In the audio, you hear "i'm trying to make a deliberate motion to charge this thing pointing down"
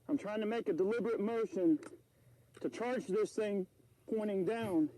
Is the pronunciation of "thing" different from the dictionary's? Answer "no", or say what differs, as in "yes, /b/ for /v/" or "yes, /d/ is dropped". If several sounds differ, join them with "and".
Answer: no